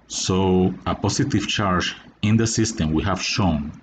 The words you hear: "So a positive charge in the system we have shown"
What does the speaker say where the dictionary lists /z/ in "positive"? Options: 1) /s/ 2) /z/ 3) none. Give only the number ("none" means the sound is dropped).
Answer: 1